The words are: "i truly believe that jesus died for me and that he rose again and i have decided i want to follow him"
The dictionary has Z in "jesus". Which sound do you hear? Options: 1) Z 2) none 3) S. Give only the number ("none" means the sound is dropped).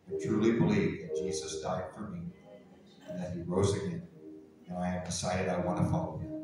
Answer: 1